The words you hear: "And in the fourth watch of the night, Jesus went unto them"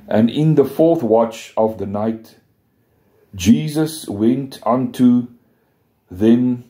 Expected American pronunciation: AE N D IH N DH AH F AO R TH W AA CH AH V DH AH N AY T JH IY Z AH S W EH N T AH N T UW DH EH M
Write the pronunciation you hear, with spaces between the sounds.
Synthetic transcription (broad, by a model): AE N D IH N DH AH F AO R TH W AA CH AH V DH AH N AY T JH IY Z AH S W EH N T AH N T UW DH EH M